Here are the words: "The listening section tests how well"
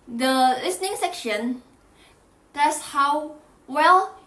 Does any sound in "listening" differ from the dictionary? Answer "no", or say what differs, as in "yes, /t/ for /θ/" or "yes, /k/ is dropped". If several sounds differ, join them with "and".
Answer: no